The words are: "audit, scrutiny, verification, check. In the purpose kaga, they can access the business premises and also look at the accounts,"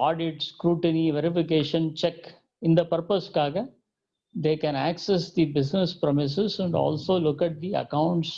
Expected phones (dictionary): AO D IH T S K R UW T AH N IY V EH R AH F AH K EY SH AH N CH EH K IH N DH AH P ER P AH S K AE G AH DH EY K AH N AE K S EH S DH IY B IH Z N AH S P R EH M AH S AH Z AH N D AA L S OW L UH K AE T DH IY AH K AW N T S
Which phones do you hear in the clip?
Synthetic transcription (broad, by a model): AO D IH T S K R UW T AH N IY V EH R AH F AH K EY SH AH N CH EH K IH N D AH P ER P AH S K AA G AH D EY K AH N AE K S EH S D IY B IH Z N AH S P R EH M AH S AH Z AH N D AA L S OW L UH K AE T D IY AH K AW N T S